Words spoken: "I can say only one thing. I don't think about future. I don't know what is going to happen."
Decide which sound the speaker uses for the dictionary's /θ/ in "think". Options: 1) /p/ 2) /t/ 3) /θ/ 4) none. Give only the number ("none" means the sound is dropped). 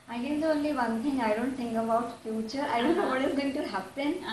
2